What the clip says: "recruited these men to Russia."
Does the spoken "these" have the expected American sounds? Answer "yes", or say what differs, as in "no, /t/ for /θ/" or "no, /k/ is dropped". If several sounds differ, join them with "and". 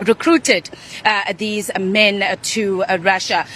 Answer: yes